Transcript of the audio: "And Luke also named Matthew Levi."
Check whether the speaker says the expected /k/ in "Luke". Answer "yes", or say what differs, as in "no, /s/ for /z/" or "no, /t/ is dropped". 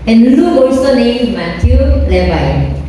no, /k/ is dropped